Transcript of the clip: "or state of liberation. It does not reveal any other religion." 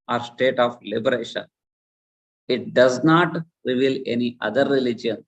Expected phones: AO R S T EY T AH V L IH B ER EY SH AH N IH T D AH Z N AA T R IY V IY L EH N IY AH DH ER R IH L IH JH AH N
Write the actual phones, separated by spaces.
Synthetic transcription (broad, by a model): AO R S T EY T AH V L IH B ER EY SH AH N IH T D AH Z N AA T R IY V IY L EH N IY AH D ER R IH L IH JH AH N